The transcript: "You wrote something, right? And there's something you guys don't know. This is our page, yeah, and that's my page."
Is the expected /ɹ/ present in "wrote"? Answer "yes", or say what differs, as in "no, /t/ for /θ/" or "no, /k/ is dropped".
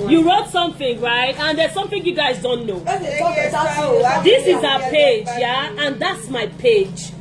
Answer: yes